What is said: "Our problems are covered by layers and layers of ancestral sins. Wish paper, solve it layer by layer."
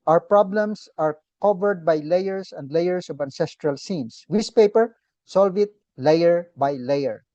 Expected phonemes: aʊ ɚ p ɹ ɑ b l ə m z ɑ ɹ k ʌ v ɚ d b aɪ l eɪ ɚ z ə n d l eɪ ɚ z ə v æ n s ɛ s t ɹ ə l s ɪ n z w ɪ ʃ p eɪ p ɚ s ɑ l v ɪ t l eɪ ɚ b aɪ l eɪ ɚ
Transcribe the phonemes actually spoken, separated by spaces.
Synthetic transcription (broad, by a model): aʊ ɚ p ɹ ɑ b l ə m s ɑ ɹ k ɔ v ɚ d b aɪ l eɪ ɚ s ə n d l eɪ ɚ s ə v æ n s ɛ s t ɹ ə l s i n s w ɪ s p eɪ p ɚ s ɑ l v ɪ t l eɪ ɚ b aɪ l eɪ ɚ